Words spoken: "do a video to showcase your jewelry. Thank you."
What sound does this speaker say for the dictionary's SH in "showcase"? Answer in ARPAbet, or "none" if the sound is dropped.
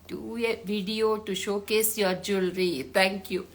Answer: SH